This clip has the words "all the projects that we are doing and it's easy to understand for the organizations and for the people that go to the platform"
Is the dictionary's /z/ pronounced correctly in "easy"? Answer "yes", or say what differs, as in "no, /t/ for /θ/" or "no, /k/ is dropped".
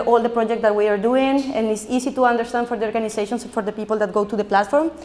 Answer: no, /s/ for /z/